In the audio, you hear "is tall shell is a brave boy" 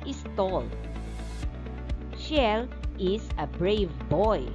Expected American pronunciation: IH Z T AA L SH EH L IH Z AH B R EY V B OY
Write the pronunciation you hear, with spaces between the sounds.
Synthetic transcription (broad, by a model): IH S T AA L SH EH L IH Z AH B R EY V B OY